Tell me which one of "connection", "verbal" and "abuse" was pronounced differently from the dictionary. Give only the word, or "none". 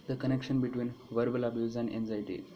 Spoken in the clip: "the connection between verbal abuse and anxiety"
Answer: none